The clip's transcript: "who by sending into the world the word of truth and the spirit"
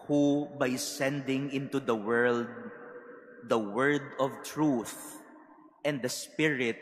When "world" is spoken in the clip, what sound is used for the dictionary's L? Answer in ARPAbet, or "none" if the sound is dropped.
L